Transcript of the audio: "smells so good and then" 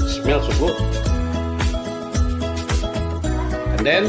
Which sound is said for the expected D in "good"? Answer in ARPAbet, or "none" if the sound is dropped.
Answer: none